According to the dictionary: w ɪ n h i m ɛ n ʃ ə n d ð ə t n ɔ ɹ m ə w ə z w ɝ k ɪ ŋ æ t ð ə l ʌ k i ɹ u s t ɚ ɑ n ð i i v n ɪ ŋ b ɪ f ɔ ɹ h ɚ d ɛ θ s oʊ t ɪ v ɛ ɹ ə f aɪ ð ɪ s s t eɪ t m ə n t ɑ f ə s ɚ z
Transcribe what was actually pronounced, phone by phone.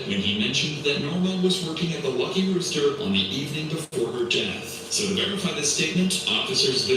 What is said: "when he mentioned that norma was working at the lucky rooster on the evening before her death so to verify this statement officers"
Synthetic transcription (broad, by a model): w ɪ n i m ɛ n ʃ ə n ð ə t n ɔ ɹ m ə w ə z w ɝ k ɪ ŋ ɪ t ð ə l ʌ k i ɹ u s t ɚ n ð i i v n ɪ ŋ b ɪ f ɔ ɹ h ɚ d ɛ θ s oʊ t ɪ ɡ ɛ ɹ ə f aɪ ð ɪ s s t eɪ t m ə n t ɑ f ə s ɚ z